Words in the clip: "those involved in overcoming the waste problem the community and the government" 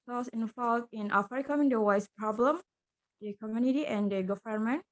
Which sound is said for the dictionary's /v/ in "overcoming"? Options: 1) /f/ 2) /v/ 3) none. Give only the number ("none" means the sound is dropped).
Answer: 1